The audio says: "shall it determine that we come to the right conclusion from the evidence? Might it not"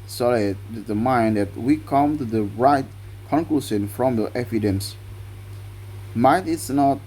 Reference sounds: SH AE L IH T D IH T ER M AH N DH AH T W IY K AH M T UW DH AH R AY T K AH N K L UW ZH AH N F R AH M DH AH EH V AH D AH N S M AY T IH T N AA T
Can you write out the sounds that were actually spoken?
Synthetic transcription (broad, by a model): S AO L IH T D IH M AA AH N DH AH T W IY K AH M T UW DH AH R AY T K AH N K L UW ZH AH N F R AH M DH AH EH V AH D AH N S M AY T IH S N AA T